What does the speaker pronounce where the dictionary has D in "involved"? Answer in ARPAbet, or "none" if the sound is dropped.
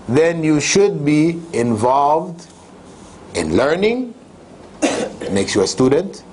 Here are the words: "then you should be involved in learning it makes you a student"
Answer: D